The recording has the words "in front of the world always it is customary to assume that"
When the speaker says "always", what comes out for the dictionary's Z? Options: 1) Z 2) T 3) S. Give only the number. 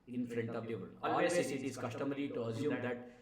3